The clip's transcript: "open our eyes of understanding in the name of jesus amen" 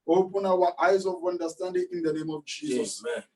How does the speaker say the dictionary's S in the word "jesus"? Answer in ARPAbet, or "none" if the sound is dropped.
S